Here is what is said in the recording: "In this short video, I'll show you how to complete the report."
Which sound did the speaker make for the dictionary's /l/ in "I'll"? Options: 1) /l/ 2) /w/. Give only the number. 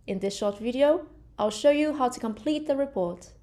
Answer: 1